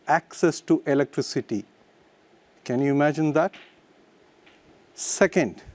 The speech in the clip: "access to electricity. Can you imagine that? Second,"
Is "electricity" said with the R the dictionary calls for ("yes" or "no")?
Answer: yes